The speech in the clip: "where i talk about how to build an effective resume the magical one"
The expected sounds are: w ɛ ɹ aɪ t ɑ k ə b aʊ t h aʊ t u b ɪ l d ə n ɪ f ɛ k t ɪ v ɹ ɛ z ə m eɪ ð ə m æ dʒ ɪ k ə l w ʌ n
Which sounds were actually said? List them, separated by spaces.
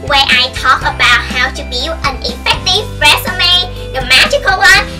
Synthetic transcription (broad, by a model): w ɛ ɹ aɪ t ɑ k ə b aʊ t h aʊ t u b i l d ə n ɪ f ɛ k t ɪ v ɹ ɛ s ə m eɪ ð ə m æ dʒ ɪ k ə l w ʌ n